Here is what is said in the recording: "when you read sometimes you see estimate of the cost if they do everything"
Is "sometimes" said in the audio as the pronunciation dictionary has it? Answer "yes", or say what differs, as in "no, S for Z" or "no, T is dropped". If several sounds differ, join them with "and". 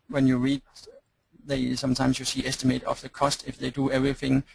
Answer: no, S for Z